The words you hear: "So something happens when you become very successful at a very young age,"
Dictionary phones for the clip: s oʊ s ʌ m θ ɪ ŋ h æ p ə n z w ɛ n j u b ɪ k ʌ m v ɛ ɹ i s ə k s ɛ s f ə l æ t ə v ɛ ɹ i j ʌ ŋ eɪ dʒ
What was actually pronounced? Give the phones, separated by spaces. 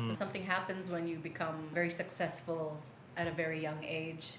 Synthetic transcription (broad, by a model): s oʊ s ʌ m θ ɪ ŋ h æ p ə n z w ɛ n j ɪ b ɪ k ʌ m v ɛ ɹ i s ə k s ɛ s f ə l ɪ t ə v ɛ ɹ i j ʌ ŋ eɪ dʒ